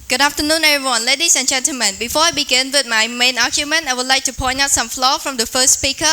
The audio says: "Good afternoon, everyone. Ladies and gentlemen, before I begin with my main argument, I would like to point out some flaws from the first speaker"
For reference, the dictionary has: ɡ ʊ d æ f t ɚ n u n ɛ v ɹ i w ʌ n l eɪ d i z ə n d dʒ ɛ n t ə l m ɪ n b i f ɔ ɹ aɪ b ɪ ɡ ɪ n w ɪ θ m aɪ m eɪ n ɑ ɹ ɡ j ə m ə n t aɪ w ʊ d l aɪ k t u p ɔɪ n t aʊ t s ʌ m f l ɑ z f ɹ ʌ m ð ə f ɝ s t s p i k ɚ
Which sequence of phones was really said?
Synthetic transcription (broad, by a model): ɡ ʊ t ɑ p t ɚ n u n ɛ ɹ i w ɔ n l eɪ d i s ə n dʒ ɛ n t ə l m ɪ n b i f ɔ aɪ b ɪ ɡ ɪ n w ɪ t m aɪ m eɪ n ɑ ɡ j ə m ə n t aɪ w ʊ l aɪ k t u p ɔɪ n aʊ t s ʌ m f l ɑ f ɹ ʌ m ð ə f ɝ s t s p i k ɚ